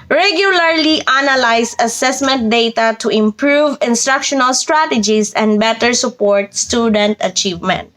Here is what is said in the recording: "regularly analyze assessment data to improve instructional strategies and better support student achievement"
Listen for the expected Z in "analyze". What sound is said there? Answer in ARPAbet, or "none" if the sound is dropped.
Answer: S